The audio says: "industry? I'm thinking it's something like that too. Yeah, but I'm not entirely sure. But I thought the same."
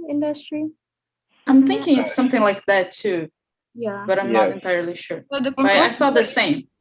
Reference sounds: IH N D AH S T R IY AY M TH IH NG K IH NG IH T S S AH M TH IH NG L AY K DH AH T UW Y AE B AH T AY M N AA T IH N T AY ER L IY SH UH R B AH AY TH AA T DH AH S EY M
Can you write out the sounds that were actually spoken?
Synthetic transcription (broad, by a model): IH N D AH S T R IY AY M TH IH NG K IH NG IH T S S AH M TH IH NG L AY K DH AH T UW Y AE B AH T AY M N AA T IH N T AY ER L IY SH UH R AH AY F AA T DH AH S EY M